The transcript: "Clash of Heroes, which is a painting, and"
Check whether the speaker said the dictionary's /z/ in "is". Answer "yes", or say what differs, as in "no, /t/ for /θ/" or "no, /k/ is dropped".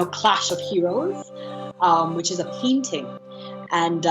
yes